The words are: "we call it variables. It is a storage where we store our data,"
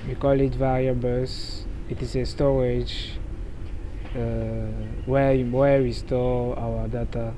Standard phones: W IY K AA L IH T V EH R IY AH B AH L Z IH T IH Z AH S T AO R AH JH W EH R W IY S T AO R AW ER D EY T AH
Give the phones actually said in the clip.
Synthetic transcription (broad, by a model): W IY K AA L IH T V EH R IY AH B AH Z IH T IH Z AH S T AO R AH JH W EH W W IY S T AO AW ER D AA T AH